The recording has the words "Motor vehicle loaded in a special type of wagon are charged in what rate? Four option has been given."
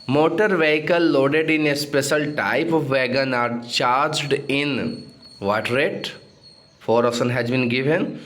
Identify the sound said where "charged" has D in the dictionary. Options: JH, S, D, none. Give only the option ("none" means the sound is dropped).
D